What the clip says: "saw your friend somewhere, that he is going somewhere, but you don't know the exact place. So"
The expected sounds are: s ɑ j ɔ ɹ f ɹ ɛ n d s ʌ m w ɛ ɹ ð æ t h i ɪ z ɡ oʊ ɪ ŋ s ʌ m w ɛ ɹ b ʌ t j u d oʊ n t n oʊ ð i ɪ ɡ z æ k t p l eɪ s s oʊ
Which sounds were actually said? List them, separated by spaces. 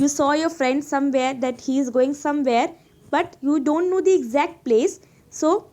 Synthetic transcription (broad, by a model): s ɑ j ɔ ɹ f ɹ ɛ n d s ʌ m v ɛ ɹ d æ t h i ɪ z ɡ oʊ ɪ ŋ s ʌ m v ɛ ɹ b ʌ t j u d oʊ n t n oʊ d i ɪ ɡ z æ k t p l eɪ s s oʊ